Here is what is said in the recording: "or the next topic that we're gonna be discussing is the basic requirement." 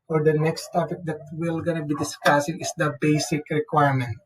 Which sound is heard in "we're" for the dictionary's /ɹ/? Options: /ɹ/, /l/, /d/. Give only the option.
/l/